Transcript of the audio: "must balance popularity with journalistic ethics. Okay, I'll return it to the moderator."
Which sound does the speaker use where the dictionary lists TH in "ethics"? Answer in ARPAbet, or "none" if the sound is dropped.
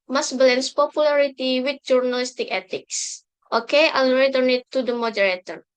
T